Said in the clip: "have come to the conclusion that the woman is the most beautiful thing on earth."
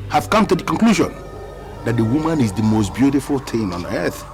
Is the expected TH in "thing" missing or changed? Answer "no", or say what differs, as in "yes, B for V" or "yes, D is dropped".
yes, T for TH